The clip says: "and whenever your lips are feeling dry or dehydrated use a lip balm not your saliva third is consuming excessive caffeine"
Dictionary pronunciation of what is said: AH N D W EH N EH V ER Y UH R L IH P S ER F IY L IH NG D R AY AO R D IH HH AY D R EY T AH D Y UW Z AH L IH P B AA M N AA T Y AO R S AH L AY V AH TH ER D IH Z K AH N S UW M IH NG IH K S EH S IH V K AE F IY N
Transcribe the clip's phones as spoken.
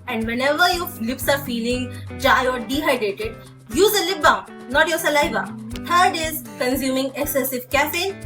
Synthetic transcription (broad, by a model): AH N D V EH N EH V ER Y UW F L IH P S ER F IY L IH NG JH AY AO R D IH HH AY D EY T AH D Y UW Z AH L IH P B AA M N AA T Y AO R S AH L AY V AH T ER D IH Z K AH N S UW M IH NG IH K S EH S IH V K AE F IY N